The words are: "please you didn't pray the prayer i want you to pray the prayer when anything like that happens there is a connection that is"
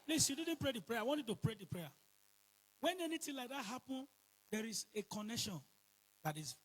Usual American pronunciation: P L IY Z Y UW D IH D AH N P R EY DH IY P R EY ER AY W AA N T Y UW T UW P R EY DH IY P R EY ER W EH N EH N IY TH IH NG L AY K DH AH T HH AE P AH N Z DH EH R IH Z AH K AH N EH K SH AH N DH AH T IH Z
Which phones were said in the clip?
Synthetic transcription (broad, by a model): P L IY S Y UW D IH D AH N P R EY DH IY P R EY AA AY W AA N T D T UW P R EY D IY P R EY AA W EH N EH N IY T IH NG L AY K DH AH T HH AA P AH N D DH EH R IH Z AH K AH N EH K SH AH N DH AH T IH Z